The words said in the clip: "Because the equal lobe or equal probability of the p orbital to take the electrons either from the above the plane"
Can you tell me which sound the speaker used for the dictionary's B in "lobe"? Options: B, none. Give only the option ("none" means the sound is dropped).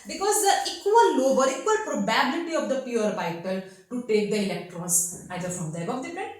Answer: B